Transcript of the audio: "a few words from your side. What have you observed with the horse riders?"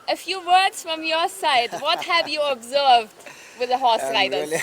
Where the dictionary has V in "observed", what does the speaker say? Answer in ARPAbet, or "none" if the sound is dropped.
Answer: V